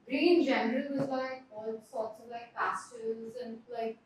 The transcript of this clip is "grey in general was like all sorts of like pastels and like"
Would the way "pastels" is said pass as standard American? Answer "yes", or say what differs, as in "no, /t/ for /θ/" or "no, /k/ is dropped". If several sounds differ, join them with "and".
no, /l/ is dropped